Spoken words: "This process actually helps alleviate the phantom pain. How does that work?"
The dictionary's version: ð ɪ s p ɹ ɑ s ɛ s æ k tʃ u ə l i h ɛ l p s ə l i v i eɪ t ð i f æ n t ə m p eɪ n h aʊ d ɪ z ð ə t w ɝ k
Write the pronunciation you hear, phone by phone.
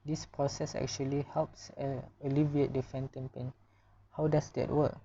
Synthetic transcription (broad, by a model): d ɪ s p ɹ ɑ s ɛ s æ k tʃ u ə l i h ɛ l p s ə l i v i eɪ t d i f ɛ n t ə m p eɪ n h aʊ d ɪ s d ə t w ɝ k